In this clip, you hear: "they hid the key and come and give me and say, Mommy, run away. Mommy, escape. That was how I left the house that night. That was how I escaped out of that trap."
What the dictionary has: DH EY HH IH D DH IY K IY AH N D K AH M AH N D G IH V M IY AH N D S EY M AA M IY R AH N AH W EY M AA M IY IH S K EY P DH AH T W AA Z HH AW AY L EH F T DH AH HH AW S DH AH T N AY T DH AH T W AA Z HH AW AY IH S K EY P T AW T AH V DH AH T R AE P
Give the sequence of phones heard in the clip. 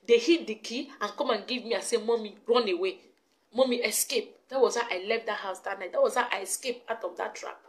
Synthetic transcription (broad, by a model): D EY HH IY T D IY K IY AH N K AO M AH N G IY V M IY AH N S EY M AA M IY R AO N AH W EY M AA M IY IH S K EY P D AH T W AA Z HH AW AY L EH F T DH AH HH AW S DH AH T N AY T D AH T W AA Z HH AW AY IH S K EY P AW T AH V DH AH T R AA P